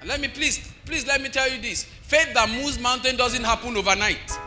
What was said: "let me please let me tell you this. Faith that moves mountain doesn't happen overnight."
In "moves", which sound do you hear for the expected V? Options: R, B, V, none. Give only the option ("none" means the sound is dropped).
none